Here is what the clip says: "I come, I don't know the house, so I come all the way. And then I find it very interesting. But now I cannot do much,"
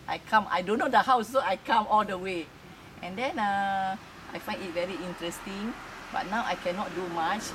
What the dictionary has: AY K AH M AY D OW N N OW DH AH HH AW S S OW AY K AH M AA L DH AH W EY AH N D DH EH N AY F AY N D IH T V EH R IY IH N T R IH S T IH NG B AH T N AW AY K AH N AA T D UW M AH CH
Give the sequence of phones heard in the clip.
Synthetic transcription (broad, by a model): AY K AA M AY D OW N N OW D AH HH AW S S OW AY K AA M AA L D AH W EY AH N D EH N AY F AY N D IH T V EH R IY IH N T R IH S T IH NG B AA T N AW AY K AH N AA T D UW M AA CH